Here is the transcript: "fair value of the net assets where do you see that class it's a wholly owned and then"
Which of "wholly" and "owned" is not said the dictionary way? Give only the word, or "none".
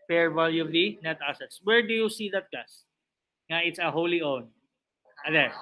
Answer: owned